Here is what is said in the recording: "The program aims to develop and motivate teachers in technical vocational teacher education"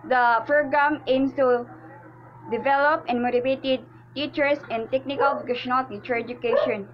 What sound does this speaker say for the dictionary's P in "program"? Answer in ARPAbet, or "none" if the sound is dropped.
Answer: F